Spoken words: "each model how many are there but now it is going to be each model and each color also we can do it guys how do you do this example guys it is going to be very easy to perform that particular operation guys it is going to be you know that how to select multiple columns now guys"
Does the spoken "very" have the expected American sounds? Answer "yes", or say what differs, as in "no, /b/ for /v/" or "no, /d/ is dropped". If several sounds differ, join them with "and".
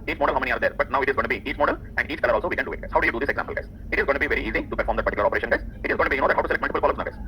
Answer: yes